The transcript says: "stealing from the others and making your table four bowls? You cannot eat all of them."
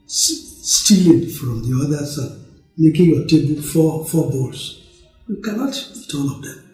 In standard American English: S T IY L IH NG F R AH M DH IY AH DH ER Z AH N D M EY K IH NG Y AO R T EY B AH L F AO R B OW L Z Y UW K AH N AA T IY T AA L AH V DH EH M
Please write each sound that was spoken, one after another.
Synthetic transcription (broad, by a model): S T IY L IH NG F R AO M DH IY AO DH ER S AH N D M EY K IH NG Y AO T EY B AH L F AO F B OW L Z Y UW K AH N AA T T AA N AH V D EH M